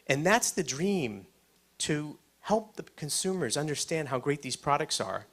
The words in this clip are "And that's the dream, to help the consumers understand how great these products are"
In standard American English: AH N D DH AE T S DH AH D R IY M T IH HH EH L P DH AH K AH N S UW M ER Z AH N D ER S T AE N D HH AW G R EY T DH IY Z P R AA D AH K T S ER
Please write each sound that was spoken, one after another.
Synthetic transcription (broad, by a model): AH N DH AE T S DH AH D R IY M T IH HH EH L P DH AH K AH N S UW M ER Z AH N D ER S T AE N D HH AW G R EY T DH IY Z P R AA D AH K T S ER